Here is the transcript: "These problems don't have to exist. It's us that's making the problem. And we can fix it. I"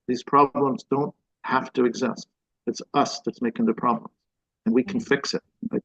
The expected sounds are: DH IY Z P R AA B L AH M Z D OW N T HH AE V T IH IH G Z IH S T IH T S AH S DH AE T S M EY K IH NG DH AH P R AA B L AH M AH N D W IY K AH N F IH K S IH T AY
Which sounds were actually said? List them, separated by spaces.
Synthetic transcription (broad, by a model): DH IY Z P R AA B L AH M Z D OW N T HH AE F T IH IH G Z IH S T IH T S AH S DH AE T S M EY K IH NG DH AH P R AA B L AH M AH N W IY K N F IH K S IH T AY